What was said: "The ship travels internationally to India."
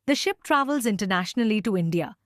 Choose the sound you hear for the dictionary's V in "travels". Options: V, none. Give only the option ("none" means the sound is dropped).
V